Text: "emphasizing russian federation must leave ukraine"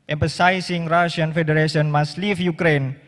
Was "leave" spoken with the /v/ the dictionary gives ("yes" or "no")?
no